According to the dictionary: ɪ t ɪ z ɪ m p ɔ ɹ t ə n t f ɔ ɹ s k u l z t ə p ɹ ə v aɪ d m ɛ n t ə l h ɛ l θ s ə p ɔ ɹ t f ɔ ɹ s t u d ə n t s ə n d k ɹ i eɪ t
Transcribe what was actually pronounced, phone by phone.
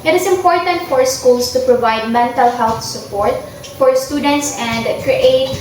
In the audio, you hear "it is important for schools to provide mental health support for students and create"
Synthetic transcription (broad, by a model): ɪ t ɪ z ɪ m p ɔ ɹ t ə n t f ɔ ɹ s k u l s t ə p ɹ ə v aɪ d m ɛ n t ə l h ɛ l θ s ə p ɔ ɹ t f ɔ ɹ s t u d ə n t s ə n d k ɹ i eɪ t